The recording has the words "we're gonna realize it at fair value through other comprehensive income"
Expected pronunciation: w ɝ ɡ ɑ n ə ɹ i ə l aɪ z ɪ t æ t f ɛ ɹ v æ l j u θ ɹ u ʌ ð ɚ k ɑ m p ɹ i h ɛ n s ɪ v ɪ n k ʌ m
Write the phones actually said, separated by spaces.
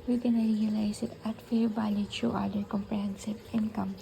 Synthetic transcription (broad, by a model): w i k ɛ n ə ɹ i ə l aɪ s ɪ t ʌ t f ɛ ɹ b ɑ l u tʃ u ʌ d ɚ k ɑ m p ɹ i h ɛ n s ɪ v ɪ n k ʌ m